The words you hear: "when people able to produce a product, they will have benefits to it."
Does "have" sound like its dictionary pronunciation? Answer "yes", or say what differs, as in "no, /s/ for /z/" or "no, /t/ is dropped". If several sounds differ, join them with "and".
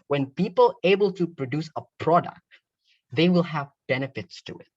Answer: yes